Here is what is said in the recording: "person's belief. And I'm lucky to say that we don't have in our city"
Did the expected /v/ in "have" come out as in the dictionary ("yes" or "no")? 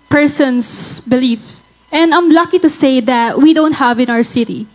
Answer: yes